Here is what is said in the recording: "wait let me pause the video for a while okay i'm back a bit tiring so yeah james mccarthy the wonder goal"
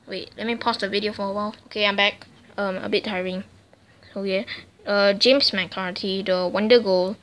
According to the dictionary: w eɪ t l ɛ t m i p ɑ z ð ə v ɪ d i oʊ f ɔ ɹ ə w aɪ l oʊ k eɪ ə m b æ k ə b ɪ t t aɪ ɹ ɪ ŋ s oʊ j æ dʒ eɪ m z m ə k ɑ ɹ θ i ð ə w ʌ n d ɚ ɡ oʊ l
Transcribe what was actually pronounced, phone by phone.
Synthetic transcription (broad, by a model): w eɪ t l ɛ t m i p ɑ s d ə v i d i oʊ f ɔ w ə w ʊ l oʊ k eɪ ə m b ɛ k ə b ɪ t t aɪ ɹ ɪ ŋ s oʊ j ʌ dʒ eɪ m s m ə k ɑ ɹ t i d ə w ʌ n d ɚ ɡ oʊ l